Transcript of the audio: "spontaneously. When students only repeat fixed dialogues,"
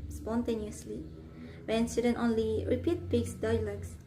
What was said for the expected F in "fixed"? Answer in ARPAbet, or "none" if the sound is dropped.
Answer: P